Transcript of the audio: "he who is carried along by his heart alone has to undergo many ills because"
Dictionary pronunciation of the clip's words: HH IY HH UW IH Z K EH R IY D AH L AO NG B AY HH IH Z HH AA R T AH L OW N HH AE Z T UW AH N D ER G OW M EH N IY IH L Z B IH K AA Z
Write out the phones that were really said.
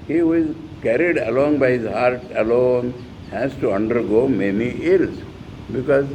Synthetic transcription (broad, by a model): HH IY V IH Z K EH R IY D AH L AO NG B AY HH IH Z HH AA R T AH L OW N HH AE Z T UW AH N D ER G OW M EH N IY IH L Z B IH K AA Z